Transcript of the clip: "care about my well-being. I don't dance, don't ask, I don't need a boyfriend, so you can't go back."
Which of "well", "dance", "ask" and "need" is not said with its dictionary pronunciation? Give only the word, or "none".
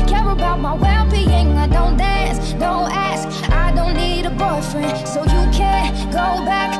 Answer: none